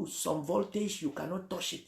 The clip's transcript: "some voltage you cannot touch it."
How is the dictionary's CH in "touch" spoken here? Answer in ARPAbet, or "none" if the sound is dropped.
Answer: SH